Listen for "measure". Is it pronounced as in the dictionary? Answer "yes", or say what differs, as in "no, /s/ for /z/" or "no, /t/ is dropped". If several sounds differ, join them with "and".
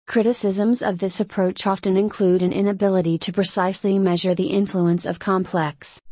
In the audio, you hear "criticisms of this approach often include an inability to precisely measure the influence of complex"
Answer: yes